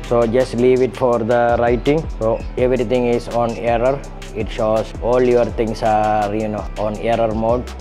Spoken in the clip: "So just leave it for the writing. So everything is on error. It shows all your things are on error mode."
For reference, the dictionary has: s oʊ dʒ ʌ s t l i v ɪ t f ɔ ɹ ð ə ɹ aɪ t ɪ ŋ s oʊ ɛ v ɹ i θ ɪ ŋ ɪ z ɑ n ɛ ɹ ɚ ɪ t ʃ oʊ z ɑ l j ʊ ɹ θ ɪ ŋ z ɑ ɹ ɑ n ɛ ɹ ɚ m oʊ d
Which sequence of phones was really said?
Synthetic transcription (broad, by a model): s oʊ dʒ ʌ s t l i v ɪ t f ɔ ɹ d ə ɹ aɪ t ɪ ŋ s oʊ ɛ v ɹ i t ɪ ŋ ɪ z ɑ n ɛ ɹ ɚ ɪ t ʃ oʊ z ɑ l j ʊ ɹ t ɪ ŋ s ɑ ɹ ɑ n ɛ ɹ ɚ m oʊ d